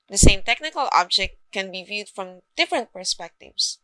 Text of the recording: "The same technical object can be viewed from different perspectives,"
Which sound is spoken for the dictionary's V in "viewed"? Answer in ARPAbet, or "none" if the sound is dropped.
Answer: V